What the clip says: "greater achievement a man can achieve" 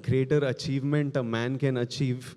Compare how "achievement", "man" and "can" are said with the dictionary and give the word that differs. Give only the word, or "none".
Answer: none